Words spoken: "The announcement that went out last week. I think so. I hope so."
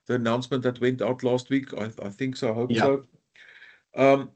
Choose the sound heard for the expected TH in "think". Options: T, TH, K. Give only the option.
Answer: TH